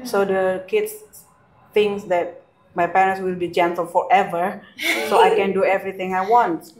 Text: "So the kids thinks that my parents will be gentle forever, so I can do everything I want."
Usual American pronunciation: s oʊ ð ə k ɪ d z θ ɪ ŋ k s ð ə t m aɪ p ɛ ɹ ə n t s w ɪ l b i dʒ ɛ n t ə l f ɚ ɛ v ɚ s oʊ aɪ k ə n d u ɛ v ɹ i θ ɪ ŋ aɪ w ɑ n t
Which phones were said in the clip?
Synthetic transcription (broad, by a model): s oʊ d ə k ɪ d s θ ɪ ŋ s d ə t m aɪ p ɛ ɹ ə n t s w ɪ l b i dʒ ɛ n t ə l f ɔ ɛ v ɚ s oʊ aɪ k ə n d u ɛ v ɹ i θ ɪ ŋ aɪ w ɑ n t